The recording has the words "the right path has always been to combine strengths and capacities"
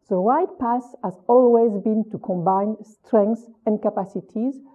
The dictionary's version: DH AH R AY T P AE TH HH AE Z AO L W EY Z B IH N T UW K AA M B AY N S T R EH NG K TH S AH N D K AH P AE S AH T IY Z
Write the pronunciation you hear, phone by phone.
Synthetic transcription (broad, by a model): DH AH R AY T P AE S HH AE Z AO L W EY Z B IH N T UW K AA M B AY N S T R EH NG K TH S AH N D K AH P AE S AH T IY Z